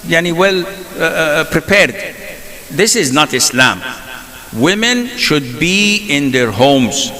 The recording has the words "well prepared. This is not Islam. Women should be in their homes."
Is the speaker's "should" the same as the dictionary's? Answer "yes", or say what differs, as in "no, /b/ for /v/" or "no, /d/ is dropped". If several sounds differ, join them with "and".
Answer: yes